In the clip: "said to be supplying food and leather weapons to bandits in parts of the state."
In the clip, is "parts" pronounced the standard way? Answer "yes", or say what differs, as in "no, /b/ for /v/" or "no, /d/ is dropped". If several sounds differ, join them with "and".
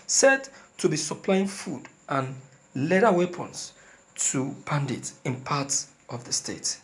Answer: no, /s/ is dropped